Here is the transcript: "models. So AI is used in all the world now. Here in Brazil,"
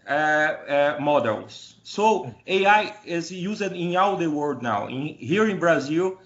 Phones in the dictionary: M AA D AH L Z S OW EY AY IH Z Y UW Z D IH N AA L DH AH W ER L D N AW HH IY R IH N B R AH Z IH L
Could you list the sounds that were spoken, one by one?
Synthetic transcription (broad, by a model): M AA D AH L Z S OW EY AY IH Z Y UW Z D IH N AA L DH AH W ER D N AW HH IY R IH N B R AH Z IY L